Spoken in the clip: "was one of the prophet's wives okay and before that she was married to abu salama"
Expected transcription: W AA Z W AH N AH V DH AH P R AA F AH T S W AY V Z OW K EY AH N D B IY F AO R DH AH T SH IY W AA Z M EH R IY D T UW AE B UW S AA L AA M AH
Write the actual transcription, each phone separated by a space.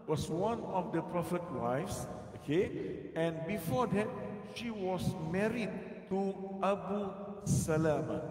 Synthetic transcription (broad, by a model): W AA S W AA N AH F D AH P R AA F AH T W AY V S OW K EY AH N B IY F AO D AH T SH IY W AA S M EH R IY D T UW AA B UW S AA L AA M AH